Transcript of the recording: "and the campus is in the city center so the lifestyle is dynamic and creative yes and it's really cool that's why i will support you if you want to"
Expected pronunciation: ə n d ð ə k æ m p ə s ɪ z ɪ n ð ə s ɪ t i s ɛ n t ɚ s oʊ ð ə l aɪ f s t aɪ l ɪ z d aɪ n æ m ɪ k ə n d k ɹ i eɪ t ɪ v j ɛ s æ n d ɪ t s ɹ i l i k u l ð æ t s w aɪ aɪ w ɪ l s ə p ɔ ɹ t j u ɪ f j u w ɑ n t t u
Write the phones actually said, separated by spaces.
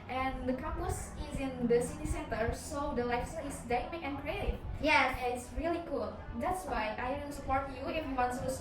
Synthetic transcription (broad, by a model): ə n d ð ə k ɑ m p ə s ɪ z ɪ n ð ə s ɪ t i s ɛ n t ɚ s oʊ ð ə l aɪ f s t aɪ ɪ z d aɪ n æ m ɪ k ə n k ɹ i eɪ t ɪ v j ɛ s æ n ɪ t s ɹ i l i k u l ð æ t s w aɪ aɪ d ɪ n s ə p ɔ ɹ t j u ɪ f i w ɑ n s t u